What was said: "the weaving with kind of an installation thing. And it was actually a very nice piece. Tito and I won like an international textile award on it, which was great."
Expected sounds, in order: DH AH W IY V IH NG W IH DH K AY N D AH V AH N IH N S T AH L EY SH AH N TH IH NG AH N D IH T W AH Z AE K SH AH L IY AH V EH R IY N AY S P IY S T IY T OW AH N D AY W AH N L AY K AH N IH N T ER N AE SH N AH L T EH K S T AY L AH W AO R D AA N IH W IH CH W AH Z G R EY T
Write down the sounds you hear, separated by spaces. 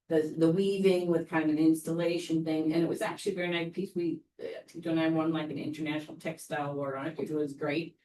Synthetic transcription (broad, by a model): DH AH W IY V IH NG W IH DH K AY N D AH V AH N IH N S T AH L EY SH AH N TH IH NG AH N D IH T W AH Z AE K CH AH L IY V EH R IY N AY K P IY S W IY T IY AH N AY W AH N L AY K AH N IH N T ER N AE SH N L T EH K S T AY L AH R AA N IH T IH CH W AH Z G R EY T